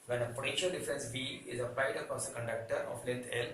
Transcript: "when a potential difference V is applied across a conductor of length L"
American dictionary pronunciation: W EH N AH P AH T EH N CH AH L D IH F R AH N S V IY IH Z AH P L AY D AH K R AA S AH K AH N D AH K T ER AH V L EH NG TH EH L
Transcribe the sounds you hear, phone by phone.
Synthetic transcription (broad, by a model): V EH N AH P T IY CH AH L D IH F R AH N S B IY IH Z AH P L AY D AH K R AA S AH K AH N D AH K T ER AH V L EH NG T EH L